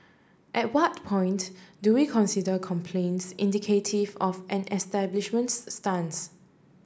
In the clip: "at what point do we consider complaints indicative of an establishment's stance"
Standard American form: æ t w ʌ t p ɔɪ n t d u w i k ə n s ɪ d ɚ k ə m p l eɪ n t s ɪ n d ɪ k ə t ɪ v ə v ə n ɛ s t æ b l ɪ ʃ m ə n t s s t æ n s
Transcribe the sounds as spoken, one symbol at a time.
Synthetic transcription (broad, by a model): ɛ t w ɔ t p ɔɪ n t d u w i k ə n s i d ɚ k ə m p l eɪ n t s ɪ n d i k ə t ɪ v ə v ə n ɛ s t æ b l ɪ ʃ m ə n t s s t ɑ n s